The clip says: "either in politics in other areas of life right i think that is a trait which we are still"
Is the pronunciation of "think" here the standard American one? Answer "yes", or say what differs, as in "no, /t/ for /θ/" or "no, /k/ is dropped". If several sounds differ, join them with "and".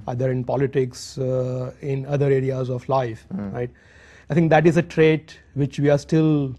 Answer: no, /t/ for /θ/